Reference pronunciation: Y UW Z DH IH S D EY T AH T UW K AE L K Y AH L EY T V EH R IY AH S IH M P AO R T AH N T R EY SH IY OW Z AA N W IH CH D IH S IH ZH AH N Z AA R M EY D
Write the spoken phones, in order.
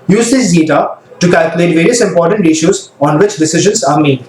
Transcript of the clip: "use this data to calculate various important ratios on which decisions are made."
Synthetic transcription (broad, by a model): Y UW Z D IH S D EY T AH T UW K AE L K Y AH L EY T V EH R IY AH S IH M P AO R T AH N T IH SH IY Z AA N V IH CH D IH S IH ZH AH N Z AA R M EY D